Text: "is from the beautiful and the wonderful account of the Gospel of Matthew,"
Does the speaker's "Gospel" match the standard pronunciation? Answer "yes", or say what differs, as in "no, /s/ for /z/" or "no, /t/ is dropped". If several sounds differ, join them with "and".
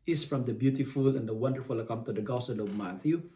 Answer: no, /p/ is dropped